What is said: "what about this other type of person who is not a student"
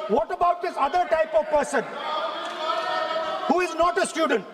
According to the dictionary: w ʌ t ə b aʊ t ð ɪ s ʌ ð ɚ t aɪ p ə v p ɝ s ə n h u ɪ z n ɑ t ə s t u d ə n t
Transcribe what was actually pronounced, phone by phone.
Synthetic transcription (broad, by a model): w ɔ t ə b aʊ t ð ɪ s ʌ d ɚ t aɪ p ə v p ɝ s ə n h u ɪ z n ɑ t ə s t u d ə n t